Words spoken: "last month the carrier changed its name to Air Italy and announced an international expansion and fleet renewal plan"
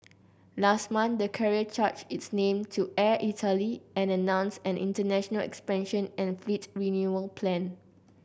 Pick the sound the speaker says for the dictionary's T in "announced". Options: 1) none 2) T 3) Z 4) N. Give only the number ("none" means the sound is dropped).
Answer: 1